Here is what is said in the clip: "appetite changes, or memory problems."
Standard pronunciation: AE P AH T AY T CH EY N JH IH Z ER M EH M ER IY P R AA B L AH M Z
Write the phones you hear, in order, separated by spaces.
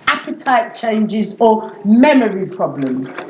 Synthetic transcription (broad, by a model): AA P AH T AY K CH EY N JH IH Z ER M EH M ER IY P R AA B L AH M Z